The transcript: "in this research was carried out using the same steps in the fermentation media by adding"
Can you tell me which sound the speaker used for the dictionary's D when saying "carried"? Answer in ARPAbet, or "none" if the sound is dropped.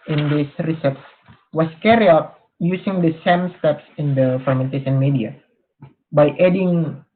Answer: none